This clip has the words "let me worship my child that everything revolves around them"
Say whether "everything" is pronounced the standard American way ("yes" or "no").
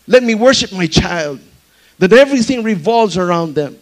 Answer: yes